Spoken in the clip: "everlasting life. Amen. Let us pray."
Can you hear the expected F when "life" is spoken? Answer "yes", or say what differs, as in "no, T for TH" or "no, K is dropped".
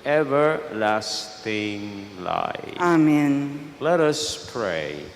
no, F is dropped